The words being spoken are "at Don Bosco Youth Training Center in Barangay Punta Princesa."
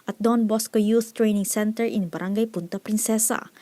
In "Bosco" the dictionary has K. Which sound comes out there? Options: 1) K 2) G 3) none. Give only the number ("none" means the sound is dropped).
1